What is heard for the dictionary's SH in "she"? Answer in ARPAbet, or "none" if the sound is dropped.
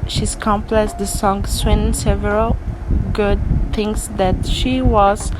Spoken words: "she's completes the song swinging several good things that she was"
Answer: SH